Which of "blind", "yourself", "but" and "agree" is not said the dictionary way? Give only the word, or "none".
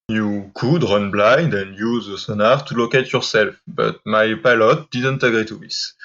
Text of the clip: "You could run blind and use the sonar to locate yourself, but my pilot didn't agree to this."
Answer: none